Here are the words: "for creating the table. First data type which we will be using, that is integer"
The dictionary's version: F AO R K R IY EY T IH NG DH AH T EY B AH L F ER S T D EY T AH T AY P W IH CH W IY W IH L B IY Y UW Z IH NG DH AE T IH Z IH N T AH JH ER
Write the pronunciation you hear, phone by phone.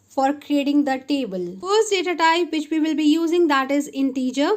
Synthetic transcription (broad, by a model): F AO R K R IY EY T IH NG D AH T EY B AH L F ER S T D EY T AH T AY P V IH CH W IY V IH L B IY Y UW Z IH NG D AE T IH Z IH N T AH JH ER